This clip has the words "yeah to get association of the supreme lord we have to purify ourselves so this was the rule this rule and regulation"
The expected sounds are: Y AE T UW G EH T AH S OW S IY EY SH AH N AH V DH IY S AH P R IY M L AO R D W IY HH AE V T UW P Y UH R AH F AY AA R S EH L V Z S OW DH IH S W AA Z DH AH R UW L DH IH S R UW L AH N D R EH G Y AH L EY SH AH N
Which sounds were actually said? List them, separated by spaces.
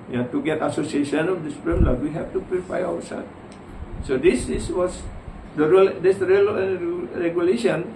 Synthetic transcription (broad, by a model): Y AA T UW G EH T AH S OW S IY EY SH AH N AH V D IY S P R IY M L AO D W IY HH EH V T UW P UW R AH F AY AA W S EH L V S OW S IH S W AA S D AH R UW L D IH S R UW L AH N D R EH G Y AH L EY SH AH N